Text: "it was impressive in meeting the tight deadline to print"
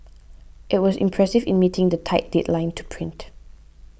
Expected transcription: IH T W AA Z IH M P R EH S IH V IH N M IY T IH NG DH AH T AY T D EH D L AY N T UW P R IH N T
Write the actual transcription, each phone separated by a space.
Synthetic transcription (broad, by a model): IH T W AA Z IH M P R EH S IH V IH N M IY T IH NG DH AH T AY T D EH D L AY N T UW P R IH N T